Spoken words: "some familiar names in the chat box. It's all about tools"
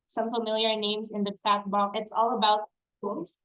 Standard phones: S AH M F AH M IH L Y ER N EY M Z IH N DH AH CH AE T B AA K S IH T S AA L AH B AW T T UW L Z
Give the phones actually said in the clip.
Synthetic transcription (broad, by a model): S AH M F AH M IH L Y ER N EY M Z IH N DH AH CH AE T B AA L IH T S AA L AH B AW T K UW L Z